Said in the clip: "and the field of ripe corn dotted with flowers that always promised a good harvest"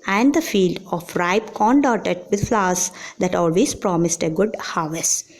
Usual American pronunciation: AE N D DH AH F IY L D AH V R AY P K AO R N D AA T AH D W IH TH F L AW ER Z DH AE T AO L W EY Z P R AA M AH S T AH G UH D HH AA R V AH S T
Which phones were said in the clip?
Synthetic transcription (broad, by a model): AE N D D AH F IY L D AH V R AY P K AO N D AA T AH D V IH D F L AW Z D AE T AO L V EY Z P R AA M AH S T AH G UH D HH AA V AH S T